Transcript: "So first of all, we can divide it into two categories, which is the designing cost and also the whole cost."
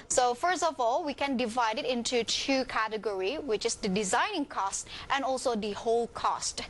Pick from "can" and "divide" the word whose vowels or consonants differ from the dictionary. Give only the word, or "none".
none